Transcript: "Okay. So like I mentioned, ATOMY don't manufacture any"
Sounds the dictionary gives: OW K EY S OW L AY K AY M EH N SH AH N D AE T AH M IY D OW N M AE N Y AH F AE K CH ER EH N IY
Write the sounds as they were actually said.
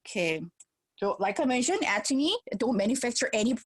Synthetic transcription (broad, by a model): K EY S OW L AY K AY M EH N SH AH N AE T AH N IY D OW N M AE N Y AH F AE K CH ER EH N IY